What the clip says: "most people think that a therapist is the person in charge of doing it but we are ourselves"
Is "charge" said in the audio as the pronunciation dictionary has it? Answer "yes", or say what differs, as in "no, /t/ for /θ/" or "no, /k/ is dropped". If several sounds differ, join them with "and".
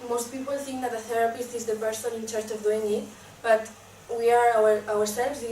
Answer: no, /tʃ/ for /dʒ/